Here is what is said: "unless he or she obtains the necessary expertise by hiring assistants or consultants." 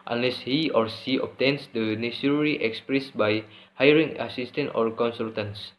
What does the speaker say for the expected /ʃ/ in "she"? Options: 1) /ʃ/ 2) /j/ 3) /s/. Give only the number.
3